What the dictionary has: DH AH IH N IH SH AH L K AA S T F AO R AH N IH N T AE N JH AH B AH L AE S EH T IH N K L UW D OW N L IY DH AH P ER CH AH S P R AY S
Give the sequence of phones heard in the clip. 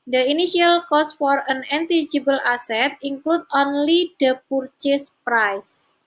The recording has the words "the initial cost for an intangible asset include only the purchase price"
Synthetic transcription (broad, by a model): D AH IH N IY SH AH L K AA S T F AO R AH N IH N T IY JH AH B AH L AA S EH T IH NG K L UW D OW N L IY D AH P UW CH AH S P R AY S